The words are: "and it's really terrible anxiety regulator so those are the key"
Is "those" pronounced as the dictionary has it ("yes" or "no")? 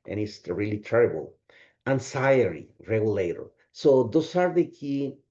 no